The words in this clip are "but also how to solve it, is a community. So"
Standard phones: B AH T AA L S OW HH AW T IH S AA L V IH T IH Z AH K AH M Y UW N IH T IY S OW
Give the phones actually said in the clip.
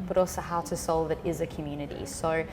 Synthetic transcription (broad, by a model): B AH T AA L S OW HH AW T IH S AA L V IH T IH Z AH K AH M Y UW N IH T IY S OW